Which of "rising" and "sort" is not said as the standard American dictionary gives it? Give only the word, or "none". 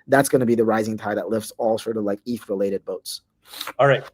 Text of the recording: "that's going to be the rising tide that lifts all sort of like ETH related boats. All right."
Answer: none